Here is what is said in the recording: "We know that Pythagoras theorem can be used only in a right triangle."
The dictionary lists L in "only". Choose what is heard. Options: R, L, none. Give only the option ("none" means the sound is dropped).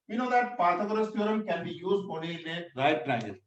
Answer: none